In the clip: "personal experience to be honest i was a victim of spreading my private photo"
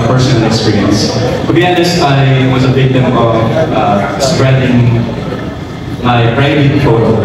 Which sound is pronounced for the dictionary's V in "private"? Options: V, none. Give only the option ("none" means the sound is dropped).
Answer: none